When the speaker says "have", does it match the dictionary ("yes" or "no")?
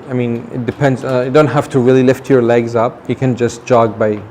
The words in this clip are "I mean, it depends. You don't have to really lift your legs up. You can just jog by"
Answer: no